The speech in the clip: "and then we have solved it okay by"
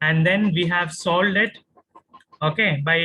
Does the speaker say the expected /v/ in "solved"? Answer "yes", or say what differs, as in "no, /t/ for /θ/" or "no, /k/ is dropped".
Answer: no, /v/ is dropped